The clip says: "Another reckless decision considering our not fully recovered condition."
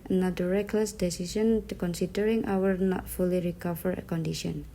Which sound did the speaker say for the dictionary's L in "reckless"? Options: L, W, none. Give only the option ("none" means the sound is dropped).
L